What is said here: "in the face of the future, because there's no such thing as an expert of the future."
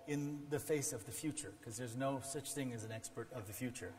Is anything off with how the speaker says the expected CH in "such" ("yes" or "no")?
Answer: no